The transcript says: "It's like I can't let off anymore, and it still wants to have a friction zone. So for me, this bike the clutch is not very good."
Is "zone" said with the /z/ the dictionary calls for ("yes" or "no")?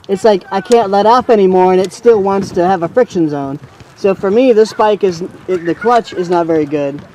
yes